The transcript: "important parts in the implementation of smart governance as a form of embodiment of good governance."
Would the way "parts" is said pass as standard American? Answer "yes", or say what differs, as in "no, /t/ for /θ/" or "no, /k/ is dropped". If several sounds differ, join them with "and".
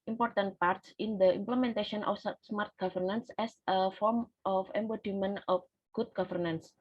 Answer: yes